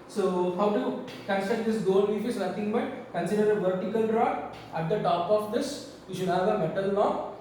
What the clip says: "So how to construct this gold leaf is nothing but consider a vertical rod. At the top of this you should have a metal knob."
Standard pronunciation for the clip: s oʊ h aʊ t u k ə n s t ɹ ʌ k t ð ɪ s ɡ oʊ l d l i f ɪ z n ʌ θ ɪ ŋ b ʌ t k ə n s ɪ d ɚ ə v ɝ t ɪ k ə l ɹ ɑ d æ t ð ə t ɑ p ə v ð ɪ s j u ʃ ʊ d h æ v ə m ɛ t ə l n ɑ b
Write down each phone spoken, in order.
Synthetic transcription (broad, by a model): s oʊ h aʊ t u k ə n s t ʌ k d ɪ s ɡ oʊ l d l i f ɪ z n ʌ t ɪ ŋ b ʌ t k ə n s ɪ d ɚ ə v ɝ t ɪ k ə l ɹ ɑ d æ t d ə t ɑ p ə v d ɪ s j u ʃ ʊ d h æ v ə m ɛ t ə l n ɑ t